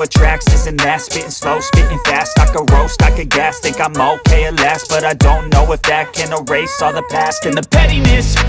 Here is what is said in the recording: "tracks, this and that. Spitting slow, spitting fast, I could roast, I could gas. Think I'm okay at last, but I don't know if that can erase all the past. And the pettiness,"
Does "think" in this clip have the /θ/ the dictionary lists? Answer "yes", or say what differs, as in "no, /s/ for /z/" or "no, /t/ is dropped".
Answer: no, /t/ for /θ/